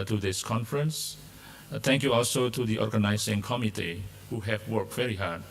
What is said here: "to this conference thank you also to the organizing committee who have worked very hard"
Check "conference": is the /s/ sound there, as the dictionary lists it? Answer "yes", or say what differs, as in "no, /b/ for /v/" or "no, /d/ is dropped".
yes